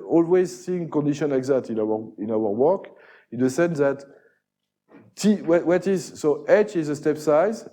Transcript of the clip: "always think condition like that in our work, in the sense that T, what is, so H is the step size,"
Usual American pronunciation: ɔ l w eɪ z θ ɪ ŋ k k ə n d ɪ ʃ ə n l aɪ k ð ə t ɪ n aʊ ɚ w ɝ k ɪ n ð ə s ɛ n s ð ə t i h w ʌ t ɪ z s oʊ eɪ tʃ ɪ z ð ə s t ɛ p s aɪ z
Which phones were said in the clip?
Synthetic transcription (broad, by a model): ɔ l w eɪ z s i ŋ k k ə n d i ʃ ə n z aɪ k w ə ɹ ɪ n aʊ ɚ w ɝ k ɪ n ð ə s ɛ n s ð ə t i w w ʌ t ɪ z s oʊ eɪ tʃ ɪ z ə s t ɛ p s aɪ z